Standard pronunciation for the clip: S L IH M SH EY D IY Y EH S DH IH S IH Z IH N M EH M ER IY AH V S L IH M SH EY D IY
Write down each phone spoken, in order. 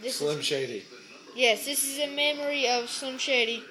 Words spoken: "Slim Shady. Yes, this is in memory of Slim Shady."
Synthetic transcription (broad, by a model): S L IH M SH EY D IY Y EH S DH IH S IH Z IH M EH M ER IY AH V S L IH M SH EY D IY